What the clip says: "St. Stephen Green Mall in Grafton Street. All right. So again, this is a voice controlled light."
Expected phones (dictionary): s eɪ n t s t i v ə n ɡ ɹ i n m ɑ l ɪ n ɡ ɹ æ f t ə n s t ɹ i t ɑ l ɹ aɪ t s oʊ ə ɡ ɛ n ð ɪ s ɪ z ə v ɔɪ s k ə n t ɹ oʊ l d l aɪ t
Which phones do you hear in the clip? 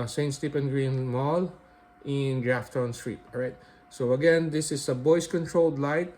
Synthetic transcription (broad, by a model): s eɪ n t s t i p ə n ɡ ɹ i n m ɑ l ɪ n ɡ ɹ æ f t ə n s t ɹ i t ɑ ɹ aɪ t s oʊ ə ɡ ɛ n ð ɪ s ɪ s ə b ɔɪ s k ə n t ɹ oʊ l d l aɪ t